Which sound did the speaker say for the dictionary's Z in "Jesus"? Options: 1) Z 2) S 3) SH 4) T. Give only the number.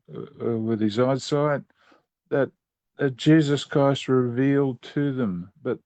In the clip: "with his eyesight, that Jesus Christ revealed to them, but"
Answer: 1